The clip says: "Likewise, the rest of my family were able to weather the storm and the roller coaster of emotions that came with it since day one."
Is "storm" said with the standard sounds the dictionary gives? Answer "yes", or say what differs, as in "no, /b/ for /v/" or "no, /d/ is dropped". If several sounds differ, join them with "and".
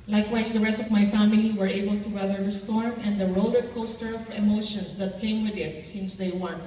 yes